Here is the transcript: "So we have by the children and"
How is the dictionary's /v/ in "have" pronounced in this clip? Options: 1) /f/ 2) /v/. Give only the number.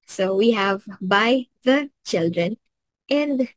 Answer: 2